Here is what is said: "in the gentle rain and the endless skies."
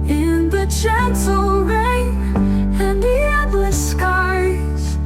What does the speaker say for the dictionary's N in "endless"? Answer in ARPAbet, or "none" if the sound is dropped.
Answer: none